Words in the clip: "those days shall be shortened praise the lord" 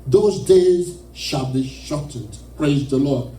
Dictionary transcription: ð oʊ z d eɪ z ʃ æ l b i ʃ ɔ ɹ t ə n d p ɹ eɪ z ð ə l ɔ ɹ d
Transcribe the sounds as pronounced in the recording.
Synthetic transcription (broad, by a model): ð oʊ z d eɪ z ʃ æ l b i ʃ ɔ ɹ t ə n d p ɹ eɪ z ð ə l ɔ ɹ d